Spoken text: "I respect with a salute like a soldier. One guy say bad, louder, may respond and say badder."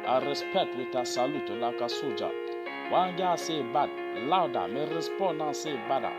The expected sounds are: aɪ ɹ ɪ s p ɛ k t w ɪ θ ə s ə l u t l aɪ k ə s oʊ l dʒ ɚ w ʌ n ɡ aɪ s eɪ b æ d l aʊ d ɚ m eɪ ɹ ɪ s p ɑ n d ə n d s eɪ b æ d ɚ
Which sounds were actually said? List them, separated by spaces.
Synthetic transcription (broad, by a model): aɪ ɹ ɪ s p ɛ k t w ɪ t ə s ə l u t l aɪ k ə s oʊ dʒ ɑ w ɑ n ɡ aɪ s eɪ b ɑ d l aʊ d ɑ m eɪ ɹ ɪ s p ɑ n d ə s eɪ b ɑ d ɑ